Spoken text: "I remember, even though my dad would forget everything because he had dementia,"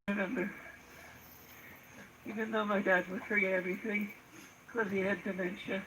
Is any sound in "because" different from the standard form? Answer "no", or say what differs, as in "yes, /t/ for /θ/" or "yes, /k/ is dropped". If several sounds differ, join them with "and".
yes, /k/ is dropped